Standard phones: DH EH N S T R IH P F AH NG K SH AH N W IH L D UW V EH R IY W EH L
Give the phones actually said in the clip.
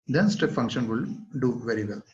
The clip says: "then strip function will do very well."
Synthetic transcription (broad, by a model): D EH N S T EH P F AH NG K SH AH N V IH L D UW V EH R IY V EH L